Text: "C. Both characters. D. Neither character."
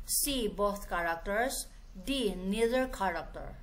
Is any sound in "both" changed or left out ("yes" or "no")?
yes